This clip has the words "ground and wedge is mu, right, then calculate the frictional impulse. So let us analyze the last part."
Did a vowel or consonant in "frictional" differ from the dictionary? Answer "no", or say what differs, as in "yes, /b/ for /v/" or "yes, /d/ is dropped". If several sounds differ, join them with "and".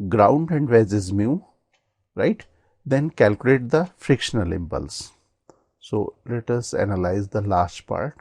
no